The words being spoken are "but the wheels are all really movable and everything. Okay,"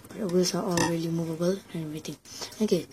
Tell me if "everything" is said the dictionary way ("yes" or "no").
no